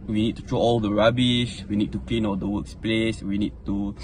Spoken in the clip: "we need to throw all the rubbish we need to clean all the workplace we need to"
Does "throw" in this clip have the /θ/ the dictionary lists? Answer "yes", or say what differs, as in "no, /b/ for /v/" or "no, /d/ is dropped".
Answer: no, /t/ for /θ/